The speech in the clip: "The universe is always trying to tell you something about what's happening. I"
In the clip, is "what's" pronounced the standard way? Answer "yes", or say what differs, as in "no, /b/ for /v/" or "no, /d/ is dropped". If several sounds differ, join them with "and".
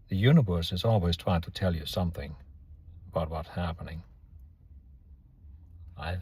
no, /s/ is dropped